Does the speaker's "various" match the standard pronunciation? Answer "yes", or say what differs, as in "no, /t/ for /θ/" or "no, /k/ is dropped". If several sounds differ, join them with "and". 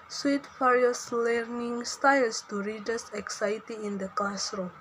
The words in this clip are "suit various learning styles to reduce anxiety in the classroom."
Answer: no, /f/ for /v/